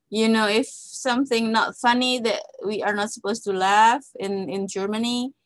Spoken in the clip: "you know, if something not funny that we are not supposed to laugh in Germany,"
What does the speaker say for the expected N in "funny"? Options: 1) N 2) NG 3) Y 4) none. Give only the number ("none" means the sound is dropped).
1